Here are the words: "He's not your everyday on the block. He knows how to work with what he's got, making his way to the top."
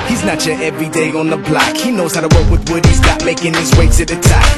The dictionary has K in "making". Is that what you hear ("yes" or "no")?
yes